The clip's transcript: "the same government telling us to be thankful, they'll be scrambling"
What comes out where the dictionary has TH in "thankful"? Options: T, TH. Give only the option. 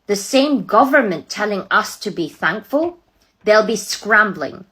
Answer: TH